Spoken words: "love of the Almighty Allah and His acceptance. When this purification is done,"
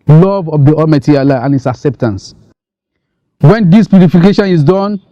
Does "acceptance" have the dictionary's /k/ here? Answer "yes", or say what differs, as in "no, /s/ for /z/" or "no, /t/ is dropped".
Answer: yes